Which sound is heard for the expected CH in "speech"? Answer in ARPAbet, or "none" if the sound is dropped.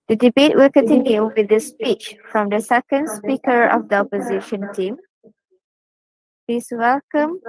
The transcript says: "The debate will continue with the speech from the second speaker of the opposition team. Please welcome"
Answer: CH